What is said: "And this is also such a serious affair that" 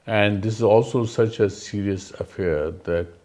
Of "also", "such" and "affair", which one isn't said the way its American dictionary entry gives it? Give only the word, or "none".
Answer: none